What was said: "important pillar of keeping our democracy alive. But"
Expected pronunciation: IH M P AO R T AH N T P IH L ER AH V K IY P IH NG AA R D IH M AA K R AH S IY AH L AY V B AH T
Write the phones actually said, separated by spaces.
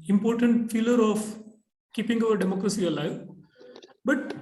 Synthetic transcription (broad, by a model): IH M P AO R T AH N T F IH L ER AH F K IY P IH NG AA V D IH M AA K R AH S IY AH L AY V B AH T